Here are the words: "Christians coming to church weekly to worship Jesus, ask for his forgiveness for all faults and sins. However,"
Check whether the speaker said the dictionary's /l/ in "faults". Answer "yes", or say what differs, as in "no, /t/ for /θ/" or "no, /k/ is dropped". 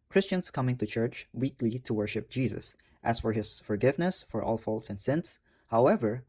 yes